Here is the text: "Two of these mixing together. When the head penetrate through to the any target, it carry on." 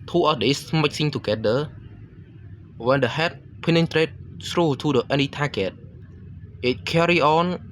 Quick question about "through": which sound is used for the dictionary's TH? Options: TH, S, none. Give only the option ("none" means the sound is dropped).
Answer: S